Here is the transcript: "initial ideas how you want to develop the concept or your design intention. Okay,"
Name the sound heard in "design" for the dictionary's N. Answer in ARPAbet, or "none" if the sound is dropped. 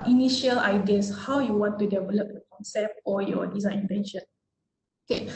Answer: none